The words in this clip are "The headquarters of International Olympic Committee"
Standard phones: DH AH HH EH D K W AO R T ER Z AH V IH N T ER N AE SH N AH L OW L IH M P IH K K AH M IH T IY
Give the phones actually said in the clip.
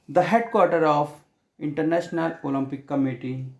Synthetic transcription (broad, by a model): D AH HH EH D K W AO R T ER AH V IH N T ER N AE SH N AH L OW L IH M P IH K K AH M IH T IY